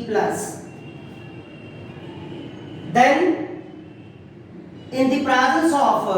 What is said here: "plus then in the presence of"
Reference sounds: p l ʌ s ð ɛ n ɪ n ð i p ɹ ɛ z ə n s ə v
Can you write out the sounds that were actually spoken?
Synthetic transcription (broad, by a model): p l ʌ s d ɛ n ɪ n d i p ɹ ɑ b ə l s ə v